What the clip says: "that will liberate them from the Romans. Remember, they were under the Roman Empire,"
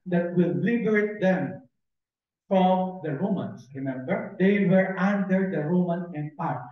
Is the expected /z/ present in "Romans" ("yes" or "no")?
no